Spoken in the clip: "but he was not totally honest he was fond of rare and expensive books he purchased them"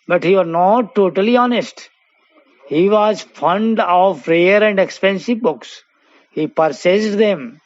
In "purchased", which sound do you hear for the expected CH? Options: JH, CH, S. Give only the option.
S